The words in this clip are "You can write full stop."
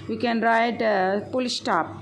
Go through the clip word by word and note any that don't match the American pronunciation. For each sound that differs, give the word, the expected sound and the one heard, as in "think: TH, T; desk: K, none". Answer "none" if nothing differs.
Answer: full: F, P